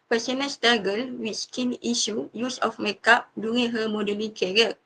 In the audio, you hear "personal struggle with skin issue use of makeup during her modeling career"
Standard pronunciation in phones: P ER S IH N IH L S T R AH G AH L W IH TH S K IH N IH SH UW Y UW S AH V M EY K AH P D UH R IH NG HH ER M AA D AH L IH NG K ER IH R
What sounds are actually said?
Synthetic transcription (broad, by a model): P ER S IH N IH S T AA G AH L W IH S K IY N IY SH UW Y UW S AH F M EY K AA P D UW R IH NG HH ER M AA D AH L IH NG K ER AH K